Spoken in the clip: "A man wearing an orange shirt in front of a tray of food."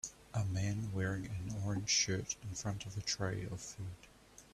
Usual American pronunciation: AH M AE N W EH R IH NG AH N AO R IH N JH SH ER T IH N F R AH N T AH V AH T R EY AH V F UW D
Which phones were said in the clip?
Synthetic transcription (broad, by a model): AH M AE N W EH R IH NG AH N AO R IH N ZH SH ER T IH N F R AH N T AH V AH T R EY AH V F UW D